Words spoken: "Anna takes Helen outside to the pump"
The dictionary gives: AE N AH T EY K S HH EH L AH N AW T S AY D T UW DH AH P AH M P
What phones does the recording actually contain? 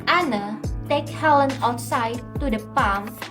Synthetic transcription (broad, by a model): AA N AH T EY K HH EH L AH N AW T S AY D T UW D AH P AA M